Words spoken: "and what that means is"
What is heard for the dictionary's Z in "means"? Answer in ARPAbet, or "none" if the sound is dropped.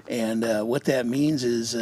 Z